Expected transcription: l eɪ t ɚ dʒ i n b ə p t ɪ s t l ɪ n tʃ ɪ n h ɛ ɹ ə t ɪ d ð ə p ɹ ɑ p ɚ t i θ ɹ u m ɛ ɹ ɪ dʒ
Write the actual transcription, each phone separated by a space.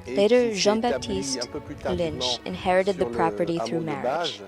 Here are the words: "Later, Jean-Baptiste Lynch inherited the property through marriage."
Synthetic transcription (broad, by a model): l eɪ t ɚ ʒ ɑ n b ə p t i s t l ɪ n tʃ ɪ n h ɛ ɹ ə t ɪ d ð ə p ɹ ɑ p ɚ t i θ ɹ u m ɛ ɹ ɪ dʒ